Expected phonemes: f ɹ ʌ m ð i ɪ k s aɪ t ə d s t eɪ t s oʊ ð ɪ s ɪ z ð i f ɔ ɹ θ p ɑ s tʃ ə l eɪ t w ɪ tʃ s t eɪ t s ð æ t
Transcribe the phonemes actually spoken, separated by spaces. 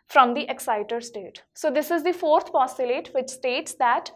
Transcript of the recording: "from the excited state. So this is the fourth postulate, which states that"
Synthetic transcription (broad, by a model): f ɹ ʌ m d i ɪ k s aɪ t ə d s t eɪ t s oʊ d ɪ s ɪ z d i f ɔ ɹ t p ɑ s ə l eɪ t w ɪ tʃ s t eɪ t s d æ t